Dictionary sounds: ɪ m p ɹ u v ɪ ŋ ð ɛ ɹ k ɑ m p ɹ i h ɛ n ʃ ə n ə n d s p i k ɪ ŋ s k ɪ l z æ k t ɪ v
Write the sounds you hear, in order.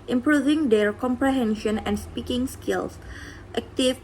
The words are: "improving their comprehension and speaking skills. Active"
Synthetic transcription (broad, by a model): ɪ m p ɹ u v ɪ ŋ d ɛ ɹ k ɑ m p ɹ i h ɛ n ʃ ə n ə n s p i k ɪ ŋ s k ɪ l s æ k t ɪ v